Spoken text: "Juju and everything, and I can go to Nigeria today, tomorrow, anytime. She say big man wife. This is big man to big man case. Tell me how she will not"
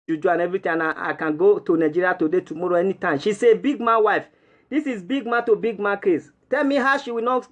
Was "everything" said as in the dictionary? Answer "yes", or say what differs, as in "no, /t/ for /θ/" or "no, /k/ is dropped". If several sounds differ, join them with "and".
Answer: no, /t/ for /θ/